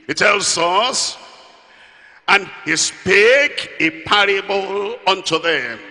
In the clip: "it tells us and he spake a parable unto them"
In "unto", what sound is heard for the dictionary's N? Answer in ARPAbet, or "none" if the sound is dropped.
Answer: N